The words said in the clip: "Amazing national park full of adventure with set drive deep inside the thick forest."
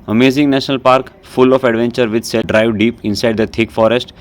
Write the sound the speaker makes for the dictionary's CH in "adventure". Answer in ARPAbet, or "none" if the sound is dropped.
CH